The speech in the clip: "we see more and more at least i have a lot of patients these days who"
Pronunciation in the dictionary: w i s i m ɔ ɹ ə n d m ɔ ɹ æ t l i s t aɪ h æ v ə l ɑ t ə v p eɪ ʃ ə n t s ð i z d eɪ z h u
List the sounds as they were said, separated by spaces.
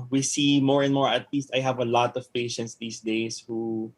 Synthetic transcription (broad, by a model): w i s i m ɔ ɹ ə n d m ɔ ɹ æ t l i s t aɪ h æ v ə l ɑ t ə v p eɪ ʃ ə n t s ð i s d eɪ s h u